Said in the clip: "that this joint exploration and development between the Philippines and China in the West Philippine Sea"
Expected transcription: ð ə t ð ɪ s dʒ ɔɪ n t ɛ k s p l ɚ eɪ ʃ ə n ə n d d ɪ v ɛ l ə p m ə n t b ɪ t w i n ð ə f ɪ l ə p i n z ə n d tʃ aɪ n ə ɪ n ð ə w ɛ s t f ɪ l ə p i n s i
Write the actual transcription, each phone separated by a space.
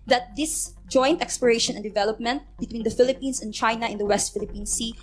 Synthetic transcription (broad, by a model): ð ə t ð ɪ s dʒ ɔɪ n t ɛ k s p ɚ eɪ ʃ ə n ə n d d ɪ v ɛ l ə p m ə n t b ɪ t w i n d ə f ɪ l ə p i n s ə n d tʃ aɪ n ə ɪ n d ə w ɛ s t f ɪ l ə p i n s i